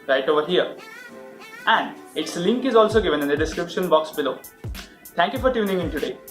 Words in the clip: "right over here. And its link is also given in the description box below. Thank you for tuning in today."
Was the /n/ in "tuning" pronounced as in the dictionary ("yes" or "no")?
yes